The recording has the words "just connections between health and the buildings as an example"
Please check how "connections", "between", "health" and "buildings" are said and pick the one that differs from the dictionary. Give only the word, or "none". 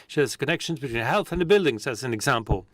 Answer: none